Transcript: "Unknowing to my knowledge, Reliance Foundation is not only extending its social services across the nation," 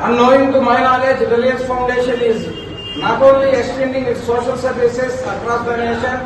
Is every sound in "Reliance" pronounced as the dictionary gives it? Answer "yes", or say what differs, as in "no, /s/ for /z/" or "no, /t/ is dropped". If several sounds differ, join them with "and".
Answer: no, /n/ is dropped